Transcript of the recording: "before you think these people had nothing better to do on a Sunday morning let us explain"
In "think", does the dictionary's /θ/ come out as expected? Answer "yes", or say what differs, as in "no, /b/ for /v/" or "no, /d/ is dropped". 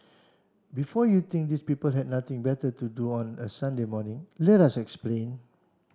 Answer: no, /t/ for /θ/